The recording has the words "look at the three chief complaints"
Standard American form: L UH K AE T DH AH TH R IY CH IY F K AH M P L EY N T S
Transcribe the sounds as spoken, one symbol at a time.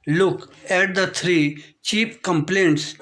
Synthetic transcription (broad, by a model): L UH K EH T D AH T R IY CH IY P K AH M P L EY N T S